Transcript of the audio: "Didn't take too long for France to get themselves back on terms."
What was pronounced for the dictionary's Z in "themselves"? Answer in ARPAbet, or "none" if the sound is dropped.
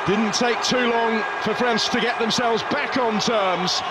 Z